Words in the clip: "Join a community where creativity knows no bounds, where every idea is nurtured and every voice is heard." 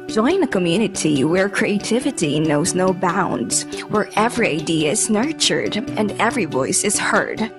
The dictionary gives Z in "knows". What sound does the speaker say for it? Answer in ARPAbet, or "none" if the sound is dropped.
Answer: Z